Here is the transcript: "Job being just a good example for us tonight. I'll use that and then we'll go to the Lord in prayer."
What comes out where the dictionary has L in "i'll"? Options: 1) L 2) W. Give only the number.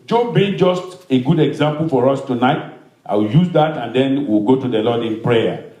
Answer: 2